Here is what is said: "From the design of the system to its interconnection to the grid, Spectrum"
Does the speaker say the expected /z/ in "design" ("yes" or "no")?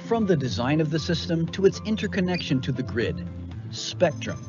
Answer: yes